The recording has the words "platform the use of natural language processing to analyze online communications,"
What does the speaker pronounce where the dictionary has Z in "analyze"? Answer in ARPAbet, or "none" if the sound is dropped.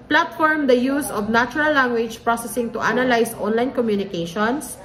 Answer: S